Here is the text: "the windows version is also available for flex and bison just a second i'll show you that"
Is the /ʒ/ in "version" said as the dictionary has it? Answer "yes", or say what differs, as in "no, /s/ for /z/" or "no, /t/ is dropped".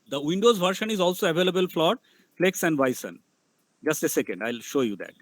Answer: no, /ʃ/ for /ʒ/